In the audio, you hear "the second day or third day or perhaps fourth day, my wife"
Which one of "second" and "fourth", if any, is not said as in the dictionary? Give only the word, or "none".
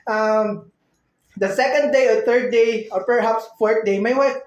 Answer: fourth